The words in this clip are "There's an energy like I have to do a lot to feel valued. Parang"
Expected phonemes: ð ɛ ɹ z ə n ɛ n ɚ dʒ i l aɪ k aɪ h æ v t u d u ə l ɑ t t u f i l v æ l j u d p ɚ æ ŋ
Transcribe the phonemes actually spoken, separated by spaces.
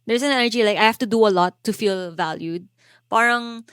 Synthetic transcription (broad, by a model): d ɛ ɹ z ə n ɛ n ɚ dʒ i l aɪ k aɪ h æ f t u d u ə l ɑ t t u f i l v æ l j u d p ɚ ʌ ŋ